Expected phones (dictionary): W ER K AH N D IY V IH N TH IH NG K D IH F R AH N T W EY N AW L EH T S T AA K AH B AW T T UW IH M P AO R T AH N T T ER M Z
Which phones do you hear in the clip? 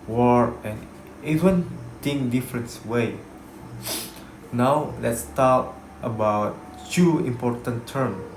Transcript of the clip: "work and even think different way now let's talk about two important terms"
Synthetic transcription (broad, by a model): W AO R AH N IY V IH N T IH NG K D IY F R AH N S W EY N AW L EH T S T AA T AH B AW T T UW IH M P AO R T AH N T T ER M